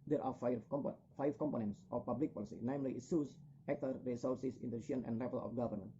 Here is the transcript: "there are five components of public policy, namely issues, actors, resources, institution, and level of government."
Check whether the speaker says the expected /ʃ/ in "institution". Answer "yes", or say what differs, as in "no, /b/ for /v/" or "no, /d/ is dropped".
no, /ʃ/ is dropped